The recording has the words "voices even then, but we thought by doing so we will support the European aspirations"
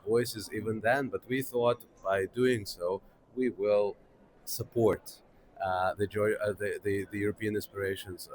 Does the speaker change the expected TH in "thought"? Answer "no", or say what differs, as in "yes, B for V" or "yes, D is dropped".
no